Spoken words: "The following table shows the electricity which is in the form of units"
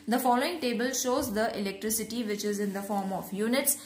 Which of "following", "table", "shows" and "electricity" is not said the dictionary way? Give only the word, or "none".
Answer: none